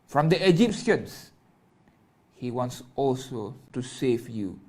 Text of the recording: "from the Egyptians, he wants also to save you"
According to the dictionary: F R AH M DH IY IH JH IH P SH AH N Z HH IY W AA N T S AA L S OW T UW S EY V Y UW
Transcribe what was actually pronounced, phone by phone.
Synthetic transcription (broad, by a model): F R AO M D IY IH JH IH P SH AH N S HH IY W AA N T S AA L S OW T UW S EY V Y UW